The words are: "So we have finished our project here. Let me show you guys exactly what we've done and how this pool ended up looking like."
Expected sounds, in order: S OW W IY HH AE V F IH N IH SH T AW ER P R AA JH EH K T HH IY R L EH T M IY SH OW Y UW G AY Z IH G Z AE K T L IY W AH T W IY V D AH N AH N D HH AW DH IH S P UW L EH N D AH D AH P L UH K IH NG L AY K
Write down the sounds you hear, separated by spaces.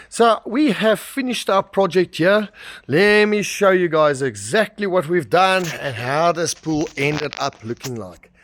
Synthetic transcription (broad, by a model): S OW W IY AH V F IH N IH SH T AW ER P R AA JH EH K T HH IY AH L EH T M IY SH OW Y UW G AY Z IH G Z AE K T L IY W AH T W IY V D AH N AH N HH AW DH IH S P UW L EH N D AH D AH P L UH K IH NG L AY K